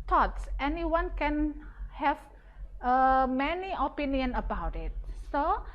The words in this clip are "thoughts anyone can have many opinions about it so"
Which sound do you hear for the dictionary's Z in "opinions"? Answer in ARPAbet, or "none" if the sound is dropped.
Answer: none